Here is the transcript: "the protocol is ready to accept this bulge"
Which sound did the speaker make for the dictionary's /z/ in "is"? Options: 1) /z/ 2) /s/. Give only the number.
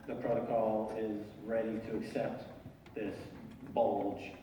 1